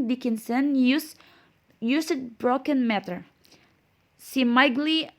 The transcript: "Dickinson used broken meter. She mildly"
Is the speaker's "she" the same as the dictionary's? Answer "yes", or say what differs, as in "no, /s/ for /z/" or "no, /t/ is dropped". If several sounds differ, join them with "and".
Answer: no, /s/ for /ʃ/